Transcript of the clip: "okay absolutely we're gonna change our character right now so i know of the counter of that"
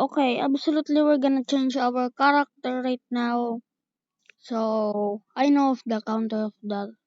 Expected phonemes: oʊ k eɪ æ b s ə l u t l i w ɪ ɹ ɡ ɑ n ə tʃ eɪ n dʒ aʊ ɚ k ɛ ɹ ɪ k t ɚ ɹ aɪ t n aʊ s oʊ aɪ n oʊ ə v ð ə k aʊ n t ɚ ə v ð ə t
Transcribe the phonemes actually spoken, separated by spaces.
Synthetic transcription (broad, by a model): oʊ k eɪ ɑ b s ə l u t l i w ɪ ɹ ɡ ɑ n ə tʃ eɪ n dʒ aʊ ɚ k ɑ ɹ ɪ k t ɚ ɹ aɪ t n aʊ s oʊ aɪ n oʊ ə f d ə k aʊ n t ɚ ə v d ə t